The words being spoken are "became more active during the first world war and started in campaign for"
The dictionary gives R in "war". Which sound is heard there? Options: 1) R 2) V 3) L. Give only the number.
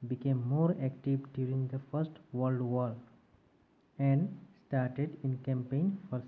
3